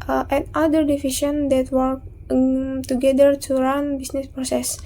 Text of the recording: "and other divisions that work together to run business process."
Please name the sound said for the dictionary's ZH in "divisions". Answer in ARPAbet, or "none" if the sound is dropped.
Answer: SH